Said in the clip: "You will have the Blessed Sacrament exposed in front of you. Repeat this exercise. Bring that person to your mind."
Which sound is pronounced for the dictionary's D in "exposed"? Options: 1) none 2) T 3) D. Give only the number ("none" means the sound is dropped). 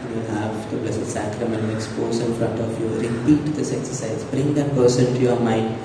1